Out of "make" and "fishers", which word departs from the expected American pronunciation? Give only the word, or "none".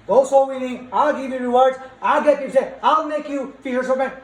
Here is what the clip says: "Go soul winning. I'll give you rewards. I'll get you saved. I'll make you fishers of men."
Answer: fishers